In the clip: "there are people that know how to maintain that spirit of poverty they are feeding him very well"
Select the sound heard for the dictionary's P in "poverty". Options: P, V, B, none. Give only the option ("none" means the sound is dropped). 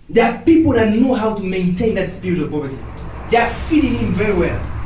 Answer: B